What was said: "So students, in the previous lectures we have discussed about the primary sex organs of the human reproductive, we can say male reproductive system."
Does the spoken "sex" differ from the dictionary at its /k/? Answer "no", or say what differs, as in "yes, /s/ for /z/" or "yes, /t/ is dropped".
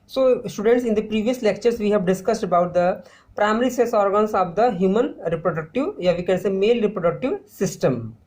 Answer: yes, /k/ is dropped